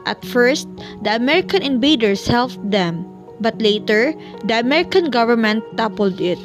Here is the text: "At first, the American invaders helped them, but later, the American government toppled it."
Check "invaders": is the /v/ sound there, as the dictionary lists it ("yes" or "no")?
no